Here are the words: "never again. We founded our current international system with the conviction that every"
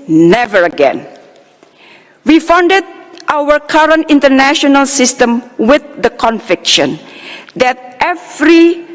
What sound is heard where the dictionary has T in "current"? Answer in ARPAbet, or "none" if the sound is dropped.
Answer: T